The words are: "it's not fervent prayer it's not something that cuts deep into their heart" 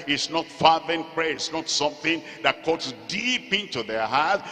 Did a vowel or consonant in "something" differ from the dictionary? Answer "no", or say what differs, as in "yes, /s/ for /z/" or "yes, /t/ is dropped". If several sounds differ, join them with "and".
no